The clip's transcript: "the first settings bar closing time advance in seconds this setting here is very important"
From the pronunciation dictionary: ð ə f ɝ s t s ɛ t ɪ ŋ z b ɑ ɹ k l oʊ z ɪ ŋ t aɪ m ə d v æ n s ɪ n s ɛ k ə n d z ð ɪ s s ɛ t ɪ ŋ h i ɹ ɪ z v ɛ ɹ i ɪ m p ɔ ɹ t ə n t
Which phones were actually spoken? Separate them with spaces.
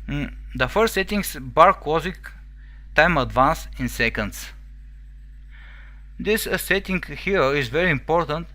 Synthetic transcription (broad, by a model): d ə f ɝ s t s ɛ t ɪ ŋ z b ɑ ɹ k w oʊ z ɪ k t aɪ m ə d v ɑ n s ɪ n s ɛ k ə n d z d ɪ s s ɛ t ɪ ŋ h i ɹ ɪ z v ɛ ɹ i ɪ m p ɔ ɹ t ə n t